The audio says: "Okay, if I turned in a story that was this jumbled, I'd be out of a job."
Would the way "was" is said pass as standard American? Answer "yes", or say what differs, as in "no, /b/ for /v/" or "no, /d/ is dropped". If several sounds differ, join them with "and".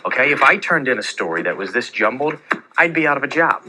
yes